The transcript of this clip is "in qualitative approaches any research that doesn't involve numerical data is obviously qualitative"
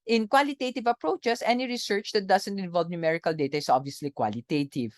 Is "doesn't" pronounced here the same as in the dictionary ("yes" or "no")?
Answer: no